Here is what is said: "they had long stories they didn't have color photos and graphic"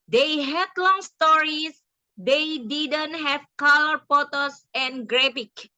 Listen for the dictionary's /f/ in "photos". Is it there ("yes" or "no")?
no